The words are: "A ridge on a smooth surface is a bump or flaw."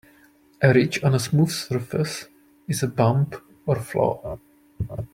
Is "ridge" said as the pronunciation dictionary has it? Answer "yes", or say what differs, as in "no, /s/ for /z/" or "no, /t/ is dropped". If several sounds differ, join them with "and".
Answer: no, /tʃ/ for /dʒ/